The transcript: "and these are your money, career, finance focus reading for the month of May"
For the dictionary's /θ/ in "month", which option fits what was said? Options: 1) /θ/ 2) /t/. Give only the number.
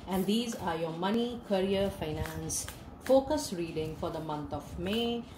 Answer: 2